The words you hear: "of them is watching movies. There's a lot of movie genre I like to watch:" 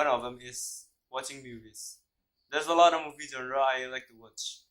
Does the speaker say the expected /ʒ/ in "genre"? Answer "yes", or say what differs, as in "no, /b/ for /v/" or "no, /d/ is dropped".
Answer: no, /z/ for /ʒ/